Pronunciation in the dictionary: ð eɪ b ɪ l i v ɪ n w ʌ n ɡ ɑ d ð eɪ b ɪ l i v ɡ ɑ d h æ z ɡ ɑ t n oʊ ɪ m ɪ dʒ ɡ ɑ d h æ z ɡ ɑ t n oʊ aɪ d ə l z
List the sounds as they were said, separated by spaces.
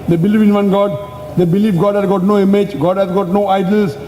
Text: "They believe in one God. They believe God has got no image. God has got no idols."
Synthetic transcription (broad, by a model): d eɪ b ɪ l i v ɪ n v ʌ n ɡ ɑ d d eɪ b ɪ l i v ɡ ɑ d h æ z ɡ ɑ t n oʊ ɪ m ɪ dʒ ɡ ɑ d h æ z ɡ ɑ t n oʊ aɪ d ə l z